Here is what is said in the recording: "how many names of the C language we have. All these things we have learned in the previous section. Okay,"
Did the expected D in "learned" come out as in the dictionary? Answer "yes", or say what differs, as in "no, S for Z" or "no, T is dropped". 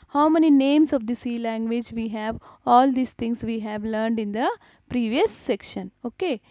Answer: yes